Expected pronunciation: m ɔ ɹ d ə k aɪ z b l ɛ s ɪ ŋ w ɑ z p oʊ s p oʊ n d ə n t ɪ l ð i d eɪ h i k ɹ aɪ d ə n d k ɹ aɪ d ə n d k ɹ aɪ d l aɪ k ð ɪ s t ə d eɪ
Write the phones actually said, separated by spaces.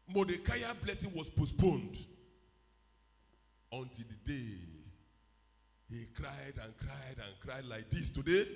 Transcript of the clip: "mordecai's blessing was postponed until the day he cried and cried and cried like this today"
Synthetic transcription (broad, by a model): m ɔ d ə k aɪ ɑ b l ɛ s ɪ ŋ w ɑ s p oʊ s p oʊ n d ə n t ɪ l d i d eɪ h i k ɹ aɪ d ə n k ɹ aɪ d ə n k ɹ aɪ d l aɪ k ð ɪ s t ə d eɪ